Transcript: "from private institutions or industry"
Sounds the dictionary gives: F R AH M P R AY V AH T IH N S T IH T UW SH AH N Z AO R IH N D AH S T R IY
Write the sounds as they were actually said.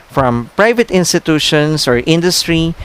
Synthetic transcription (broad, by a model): F R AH M P R AY V AH T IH N S T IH T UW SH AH N S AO R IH N D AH S T R IY